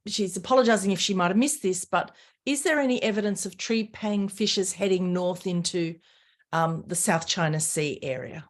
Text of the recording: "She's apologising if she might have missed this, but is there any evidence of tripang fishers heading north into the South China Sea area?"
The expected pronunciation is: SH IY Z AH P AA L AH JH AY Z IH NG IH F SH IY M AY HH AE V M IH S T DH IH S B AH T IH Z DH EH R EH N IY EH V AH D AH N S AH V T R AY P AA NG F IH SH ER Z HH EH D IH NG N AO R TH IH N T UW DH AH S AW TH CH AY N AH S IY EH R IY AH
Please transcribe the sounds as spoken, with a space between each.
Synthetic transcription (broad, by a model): SH IY Z AH P AA L AH JH AY Z IH NG IH F SH IY M AY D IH V M IH S DH IH S B AH T IH Z DH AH R EH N IY EH V AH D AH N S AH V T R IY P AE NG F IH SH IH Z HH EH D IH NG N AO R TH IH N T UW DH AH S AW TH CH AY N AH S IY EH R IY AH